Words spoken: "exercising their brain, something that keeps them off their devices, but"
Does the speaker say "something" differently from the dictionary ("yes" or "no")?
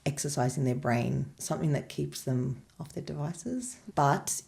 no